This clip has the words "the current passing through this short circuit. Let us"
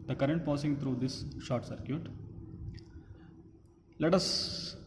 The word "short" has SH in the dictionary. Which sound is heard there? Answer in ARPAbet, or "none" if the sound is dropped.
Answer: SH